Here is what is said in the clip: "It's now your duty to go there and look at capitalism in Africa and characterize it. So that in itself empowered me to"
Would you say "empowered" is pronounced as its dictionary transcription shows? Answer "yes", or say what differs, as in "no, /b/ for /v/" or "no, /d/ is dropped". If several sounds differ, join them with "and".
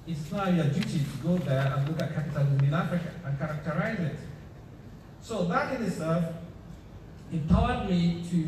no, /m/ is dropped